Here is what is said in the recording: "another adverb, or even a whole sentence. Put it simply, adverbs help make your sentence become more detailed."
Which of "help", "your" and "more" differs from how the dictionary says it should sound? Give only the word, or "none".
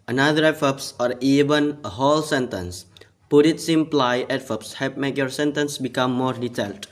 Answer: help